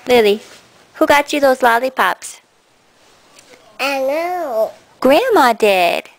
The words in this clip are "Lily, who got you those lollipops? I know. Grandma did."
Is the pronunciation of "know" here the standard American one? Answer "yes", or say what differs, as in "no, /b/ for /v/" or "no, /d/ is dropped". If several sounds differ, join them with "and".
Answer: no, /l/ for /n/